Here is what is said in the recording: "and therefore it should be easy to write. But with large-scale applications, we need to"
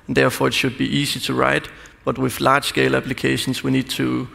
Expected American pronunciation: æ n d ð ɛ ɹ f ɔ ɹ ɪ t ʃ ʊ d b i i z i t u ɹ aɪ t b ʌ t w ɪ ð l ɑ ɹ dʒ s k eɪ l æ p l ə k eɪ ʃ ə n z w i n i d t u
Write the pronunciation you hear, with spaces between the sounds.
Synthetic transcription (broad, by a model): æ n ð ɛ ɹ f ɔ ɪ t ʃ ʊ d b i i s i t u ɹ aɪ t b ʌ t w ɪ ð l ɑ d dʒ s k eɪ l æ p l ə k eɪ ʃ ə n s w i n i d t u